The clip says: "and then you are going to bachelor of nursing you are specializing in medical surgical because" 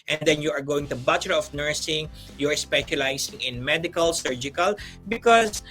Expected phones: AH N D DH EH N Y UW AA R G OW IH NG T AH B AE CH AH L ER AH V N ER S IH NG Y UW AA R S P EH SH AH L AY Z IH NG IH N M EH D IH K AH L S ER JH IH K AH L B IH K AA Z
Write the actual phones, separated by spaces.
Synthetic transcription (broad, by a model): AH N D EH N Y UW AA R G OW IH NG T AH B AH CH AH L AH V N ER S IH NG Y UW AA R S P EH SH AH L AY S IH NG IH N M EH D IH K AH L S ER JH IH K AH L B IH K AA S